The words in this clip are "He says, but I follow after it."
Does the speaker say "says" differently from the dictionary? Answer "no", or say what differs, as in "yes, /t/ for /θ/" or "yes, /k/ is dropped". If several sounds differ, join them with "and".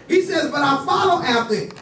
no